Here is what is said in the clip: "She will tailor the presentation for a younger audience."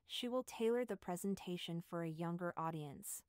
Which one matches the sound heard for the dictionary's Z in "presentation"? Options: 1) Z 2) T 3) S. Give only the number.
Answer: 1